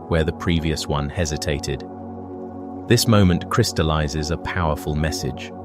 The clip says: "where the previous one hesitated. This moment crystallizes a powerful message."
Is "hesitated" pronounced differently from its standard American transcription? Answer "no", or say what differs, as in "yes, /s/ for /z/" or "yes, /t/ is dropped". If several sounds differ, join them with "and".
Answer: no